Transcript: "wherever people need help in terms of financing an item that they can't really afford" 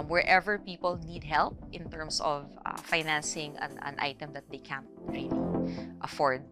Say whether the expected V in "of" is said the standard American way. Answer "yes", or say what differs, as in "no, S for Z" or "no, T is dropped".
yes